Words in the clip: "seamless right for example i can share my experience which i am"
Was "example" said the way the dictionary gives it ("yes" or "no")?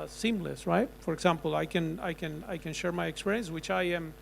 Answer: no